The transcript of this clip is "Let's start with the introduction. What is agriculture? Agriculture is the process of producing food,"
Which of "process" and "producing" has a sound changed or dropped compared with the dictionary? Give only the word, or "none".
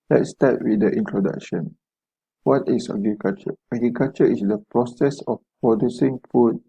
none